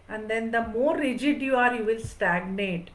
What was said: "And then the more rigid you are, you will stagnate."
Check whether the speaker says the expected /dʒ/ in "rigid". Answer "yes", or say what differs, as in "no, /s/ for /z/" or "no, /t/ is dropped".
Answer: yes